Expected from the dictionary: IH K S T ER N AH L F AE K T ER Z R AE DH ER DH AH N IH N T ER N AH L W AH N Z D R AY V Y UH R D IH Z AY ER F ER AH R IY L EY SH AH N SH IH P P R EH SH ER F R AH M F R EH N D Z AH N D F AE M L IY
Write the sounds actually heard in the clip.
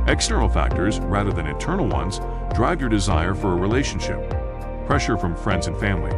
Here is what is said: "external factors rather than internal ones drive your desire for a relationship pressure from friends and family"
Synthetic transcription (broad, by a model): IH K S T ER N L F AE K T ER Z R AE DH ER DH AH N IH N T ER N L W AH N Z D R AY V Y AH R D IH Z AY ER F ER AH R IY L EY SH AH N SH IH P P R EH SH ER F R AH M F R EH N D Z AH N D F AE M L IY